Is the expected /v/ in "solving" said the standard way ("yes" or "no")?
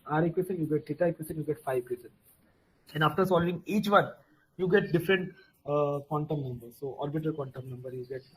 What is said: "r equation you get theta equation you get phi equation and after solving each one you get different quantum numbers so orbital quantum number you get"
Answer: yes